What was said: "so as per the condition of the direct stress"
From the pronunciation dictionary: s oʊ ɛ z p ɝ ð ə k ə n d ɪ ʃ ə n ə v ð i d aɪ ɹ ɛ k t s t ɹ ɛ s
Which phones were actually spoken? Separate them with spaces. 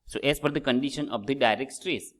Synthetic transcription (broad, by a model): s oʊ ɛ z f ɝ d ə k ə n d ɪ ʃ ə n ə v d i d aɪ ɹ ɛ k t s t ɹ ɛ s